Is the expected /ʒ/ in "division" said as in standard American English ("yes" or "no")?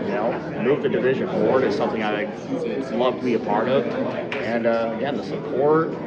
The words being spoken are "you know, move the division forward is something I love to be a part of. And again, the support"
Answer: yes